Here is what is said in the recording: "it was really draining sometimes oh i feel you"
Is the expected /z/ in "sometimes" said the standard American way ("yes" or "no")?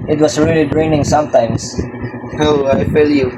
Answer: no